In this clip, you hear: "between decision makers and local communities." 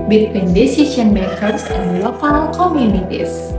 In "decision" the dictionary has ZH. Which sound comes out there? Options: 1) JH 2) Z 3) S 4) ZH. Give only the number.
3